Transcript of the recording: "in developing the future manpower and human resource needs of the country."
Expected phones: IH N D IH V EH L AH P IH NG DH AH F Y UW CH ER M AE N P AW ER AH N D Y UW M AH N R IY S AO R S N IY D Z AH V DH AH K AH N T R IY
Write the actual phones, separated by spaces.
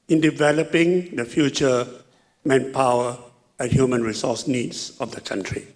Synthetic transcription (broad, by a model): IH N D IH V EH L AH P IH NG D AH F Y UW CH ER M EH N P AW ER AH N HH Y UW M AH N R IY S AO S N IY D S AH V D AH K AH N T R IY